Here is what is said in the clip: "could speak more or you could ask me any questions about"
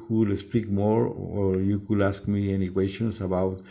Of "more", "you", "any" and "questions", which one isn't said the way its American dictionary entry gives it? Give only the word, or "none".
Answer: questions